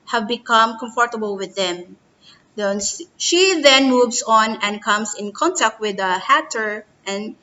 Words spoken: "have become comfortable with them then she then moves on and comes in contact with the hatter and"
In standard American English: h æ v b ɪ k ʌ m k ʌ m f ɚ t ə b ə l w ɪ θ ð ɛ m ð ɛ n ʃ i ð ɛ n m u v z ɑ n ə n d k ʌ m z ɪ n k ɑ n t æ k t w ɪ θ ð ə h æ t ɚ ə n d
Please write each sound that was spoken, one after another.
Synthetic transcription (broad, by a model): h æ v b ɪ k ʌ m k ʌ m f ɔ t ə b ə l w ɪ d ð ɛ m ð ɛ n ʃ i ð ɛ n m u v s ɑ n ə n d k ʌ m s ɪ n k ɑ n t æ k t w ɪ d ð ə h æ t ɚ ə n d